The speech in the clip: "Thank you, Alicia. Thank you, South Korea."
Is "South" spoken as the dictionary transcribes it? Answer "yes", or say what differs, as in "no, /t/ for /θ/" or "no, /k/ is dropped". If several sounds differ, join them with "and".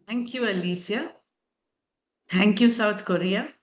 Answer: no, /t/ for /θ/